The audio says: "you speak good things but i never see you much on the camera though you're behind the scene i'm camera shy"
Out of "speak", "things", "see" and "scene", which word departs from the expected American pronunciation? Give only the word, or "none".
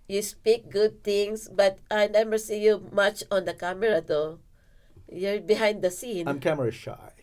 things